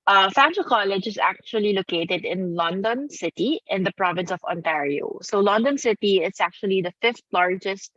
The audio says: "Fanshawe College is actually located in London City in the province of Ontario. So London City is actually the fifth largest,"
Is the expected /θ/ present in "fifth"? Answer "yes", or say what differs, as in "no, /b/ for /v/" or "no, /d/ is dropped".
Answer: no, /t/ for /θ/